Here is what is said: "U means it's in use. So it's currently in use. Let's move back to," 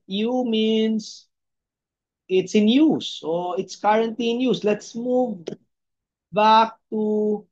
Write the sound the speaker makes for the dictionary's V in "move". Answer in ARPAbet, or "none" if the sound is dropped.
V